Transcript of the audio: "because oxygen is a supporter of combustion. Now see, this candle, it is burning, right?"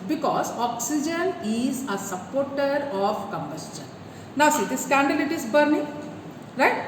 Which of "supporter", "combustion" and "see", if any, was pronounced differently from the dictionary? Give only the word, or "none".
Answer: none